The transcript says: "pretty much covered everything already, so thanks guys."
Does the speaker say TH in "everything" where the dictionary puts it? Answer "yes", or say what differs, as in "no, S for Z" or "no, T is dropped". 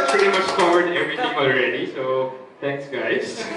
no, T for TH